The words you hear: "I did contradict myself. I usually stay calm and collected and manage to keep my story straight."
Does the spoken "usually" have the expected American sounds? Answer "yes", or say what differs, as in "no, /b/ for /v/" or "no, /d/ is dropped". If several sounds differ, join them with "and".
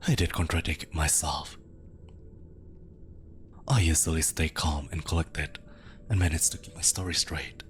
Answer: no, /z/ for /ʒ/